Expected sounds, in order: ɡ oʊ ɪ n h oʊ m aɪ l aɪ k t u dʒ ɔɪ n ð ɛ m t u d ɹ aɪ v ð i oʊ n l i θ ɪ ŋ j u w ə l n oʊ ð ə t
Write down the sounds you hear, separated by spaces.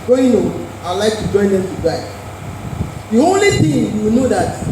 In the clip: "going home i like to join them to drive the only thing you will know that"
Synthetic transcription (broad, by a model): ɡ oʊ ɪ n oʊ aɪ l aɪ k t u dʒ ɔɪ n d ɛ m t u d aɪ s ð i oʊ n l i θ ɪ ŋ j u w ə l n oʊ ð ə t